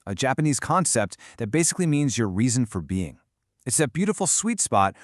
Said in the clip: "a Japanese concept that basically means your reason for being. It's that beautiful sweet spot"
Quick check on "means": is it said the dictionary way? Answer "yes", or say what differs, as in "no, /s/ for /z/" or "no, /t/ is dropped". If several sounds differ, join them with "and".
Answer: yes